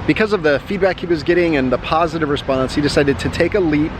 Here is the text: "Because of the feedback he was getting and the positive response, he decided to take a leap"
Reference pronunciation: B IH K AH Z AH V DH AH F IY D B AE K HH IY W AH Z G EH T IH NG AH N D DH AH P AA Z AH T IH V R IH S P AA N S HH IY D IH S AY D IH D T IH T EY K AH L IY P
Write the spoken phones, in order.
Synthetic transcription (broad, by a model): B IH K AH Z AH V DH AH F IY D B AE K HH IY W AH Z G EH T IH NG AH N DH AH P AA Z AH T IH V R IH S P AA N S HH IY D IH S AY D IH D T IH T EY K AH L IY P